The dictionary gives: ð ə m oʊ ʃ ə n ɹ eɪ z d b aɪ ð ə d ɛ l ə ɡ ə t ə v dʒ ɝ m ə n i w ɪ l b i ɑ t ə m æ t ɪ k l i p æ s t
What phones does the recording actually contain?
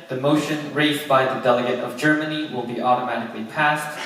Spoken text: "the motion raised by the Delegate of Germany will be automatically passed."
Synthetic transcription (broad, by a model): ð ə m oʊ ʃ ə n ɹ eɪ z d b aɪ ð ə d ɛ l ə ɡ ə t ə v dʒ ɝ m ə n i w ɪ l b i ɑ t ə m æ t ɪ k l i p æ s t